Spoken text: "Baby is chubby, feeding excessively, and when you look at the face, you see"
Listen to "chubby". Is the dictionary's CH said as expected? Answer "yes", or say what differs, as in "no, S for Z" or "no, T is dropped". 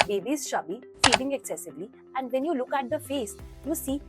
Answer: no, SH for CH